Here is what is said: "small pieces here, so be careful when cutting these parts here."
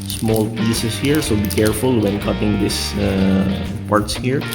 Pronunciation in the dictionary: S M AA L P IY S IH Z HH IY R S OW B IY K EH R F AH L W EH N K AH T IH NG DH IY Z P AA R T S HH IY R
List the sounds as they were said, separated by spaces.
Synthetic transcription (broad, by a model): S M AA L P IY S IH S HH IY R S OW B IY K EH R F AH L W EH N K AH T IH NG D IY S P AA R T S HH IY R